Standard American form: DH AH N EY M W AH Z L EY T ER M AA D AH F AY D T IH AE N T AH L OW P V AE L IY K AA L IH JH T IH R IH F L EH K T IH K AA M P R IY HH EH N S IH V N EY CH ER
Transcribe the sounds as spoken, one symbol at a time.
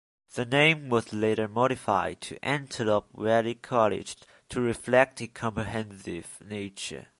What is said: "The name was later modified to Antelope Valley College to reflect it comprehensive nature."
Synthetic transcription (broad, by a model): DH AH N EY M W AH Z L EY T ER M AA D AH F AY D T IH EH N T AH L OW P W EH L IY K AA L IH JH T IH R IH F L EH K T IH K AA M P R IY HH EH N S IH V N EY CH ER